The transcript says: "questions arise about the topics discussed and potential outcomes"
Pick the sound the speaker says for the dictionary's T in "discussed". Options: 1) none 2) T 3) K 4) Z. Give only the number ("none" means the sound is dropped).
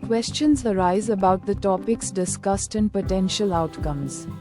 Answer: 2